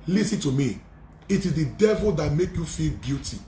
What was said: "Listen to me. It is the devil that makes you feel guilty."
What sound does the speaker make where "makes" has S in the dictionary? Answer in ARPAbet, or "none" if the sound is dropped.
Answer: none